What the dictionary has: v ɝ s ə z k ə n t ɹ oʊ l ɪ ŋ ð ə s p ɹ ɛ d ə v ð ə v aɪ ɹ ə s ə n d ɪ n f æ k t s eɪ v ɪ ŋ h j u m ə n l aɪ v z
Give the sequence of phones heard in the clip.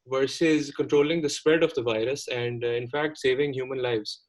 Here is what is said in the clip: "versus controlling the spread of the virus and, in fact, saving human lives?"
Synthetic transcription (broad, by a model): v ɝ s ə z k ə n t ɹ oʊ l ɪ ŋ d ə s p ɹ ɛ d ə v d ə v aɪ ɹ ə s ə n d ɪ n f æ k t s eɪ v ɪ ŋ h j u m ə n l aɪ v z